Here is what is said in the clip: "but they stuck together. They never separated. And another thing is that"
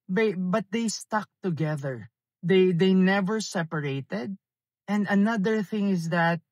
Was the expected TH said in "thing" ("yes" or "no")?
yes